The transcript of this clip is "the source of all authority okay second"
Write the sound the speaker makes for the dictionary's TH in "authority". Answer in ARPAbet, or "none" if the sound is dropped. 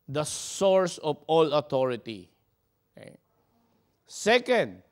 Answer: T